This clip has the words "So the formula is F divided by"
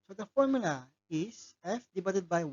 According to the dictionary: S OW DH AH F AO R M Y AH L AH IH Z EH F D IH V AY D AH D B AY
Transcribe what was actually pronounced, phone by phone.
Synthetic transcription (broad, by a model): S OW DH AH F AO R M Y AH L AH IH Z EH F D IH B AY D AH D B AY